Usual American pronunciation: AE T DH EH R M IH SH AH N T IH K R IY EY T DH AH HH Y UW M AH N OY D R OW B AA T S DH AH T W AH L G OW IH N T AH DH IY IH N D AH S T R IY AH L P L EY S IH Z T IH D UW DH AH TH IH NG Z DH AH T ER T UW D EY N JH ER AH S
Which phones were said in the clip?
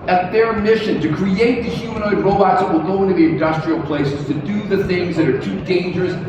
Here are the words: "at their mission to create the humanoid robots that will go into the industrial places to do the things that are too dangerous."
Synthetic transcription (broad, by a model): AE T DH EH R M IH SH AH N T IH K R IY EY T DH AH HH Y UW M AH N OY D R OW B AA T S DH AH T W AH L G OW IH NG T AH DH IY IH N D AH S T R IY L P L EY S IH Z T IH D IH DH AH TH IH NG Z DH AH T ER T UW D EY N JH ER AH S